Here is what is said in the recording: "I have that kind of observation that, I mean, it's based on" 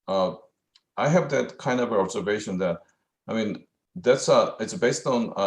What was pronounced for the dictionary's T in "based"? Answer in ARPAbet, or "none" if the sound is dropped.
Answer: T